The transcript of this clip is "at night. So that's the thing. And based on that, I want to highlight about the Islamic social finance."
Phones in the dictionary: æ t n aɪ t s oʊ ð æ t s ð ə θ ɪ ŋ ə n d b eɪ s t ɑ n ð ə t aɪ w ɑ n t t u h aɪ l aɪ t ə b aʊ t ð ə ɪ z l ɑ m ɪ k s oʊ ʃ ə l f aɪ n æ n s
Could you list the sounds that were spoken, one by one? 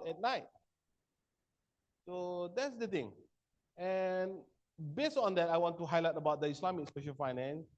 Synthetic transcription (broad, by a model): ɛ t n aɪ t s oʊ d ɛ t s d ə t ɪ ŋ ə n b eɪ s t ɑ n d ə t aɪ w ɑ n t t u h aɪ l aɪ t ə b aʊ t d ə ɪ s l ɑ m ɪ k s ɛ ʃ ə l f aɪ n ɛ n s